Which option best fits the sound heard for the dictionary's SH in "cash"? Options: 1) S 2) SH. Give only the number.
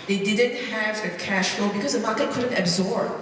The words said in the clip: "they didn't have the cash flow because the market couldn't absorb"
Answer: 2